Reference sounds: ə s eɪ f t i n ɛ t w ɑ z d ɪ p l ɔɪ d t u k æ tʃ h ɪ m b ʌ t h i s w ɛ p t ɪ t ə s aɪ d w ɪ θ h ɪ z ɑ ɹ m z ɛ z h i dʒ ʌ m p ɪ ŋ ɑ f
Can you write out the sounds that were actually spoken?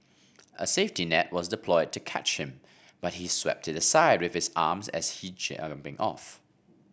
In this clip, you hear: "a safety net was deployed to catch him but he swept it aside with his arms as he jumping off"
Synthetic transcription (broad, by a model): ə s eɪ f t i n ɛ t w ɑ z d ɪ p l ɔɪ d t u k æ tʃ h ɪ m b ʌ t h i s w ɛ p t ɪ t ə s aɪ d w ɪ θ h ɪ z ɑ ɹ m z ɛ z h i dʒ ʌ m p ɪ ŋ ɑ f